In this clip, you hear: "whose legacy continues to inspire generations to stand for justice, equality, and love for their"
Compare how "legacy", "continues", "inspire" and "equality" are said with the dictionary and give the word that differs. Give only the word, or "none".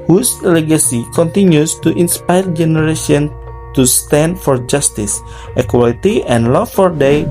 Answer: continues